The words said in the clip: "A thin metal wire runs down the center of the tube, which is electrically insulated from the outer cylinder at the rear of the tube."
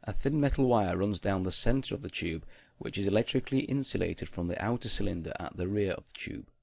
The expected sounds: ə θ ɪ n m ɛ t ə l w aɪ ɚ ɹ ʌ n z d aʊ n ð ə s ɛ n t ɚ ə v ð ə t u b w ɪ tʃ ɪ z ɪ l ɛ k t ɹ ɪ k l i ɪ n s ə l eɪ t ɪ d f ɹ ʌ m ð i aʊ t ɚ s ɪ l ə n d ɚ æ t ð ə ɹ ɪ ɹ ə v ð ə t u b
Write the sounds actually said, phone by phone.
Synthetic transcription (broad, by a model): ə θ ɪ n m ɛ t l w aɪ ɚ ɹ ʌ n z d aʊ n ð ə s ɛ n t ɚ ə v ð ə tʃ u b w ɪ tʃ ɪ z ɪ l ɛ k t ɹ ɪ k l i ɪ n s ə l eɪ t ɪ d f ɹ ʌ m ð i aʊ t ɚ s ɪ l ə n d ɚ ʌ t ð ə ɹ ɪ ɹ ə v ð ə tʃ u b